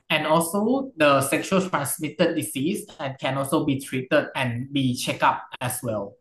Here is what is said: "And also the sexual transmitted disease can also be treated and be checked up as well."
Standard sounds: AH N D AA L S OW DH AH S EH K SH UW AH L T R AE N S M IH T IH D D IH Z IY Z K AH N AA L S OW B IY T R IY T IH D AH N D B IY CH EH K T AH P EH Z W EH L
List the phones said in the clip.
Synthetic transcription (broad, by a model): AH N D AA L S OW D AH S EH K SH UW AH L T R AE N S M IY T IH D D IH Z IY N K AH N AA L S OW B IY T R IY T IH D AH N B IY CH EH K AA P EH S W EH L